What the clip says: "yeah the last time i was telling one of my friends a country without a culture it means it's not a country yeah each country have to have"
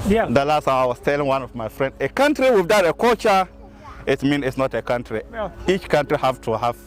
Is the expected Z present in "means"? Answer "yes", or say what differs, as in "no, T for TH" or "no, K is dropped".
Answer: no, Z is dropped